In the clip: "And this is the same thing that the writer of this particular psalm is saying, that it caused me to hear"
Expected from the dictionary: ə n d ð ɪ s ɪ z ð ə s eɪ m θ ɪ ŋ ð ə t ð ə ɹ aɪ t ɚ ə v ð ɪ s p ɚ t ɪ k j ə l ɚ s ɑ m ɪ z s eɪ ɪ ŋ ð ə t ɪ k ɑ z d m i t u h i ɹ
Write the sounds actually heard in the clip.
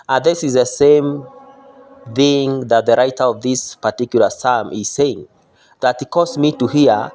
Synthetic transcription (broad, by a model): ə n ð ɪ s ɪ z ð ə s eɪ m θ ɪ ŋ ð ə t ð ə ɹ aɪ t ɚ ə v ð ɪ s p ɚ t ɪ k j l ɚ s ɑ m ɪ z s eɪ ɪ ŋ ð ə t ɪ k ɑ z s m i t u h i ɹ